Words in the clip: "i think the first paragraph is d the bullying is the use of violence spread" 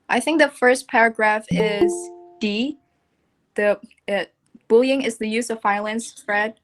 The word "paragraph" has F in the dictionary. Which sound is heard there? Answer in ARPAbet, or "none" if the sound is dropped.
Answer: F